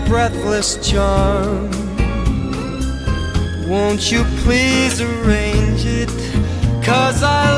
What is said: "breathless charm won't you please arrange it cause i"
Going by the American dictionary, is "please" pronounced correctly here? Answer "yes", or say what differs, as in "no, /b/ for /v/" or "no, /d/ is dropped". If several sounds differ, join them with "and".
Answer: yes